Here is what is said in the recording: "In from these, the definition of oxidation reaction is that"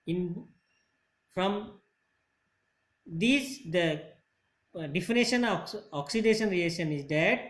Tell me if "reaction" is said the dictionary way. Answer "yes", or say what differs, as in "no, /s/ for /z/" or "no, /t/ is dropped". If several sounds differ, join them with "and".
no, /k/ is dropped